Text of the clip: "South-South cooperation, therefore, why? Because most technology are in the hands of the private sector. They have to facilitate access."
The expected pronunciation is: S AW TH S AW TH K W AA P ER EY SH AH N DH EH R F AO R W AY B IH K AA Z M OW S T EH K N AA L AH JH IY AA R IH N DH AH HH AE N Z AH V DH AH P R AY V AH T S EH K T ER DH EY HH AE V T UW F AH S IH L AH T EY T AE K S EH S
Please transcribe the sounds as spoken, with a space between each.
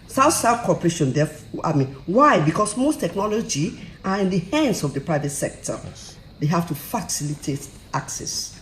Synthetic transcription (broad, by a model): S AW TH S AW F K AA P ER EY SH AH N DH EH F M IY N W AY B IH K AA S M OW S T EH K N AA L AH JH IY AA R IH N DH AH HH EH N S AH V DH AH P R AY V AH T S EH K T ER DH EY HH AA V T UW F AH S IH L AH T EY T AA K S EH S